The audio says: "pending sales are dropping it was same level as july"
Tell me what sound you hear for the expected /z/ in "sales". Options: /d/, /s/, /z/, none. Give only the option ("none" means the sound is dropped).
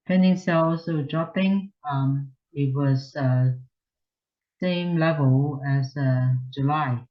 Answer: /s/